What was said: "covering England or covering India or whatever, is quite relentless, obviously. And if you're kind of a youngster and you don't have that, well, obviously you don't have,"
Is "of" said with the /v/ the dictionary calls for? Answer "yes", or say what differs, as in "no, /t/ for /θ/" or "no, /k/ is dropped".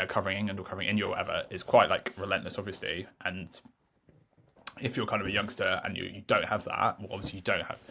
yes